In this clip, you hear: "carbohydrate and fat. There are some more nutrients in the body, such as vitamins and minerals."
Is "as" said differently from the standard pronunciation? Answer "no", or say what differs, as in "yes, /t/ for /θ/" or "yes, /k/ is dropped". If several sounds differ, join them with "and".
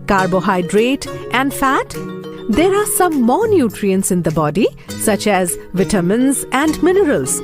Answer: no